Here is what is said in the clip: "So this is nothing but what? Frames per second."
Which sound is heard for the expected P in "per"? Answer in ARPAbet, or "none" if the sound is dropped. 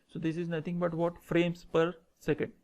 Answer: P